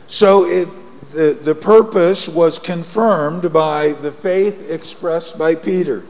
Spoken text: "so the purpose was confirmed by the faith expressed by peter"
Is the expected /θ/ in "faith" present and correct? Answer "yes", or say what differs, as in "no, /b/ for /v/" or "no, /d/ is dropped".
yes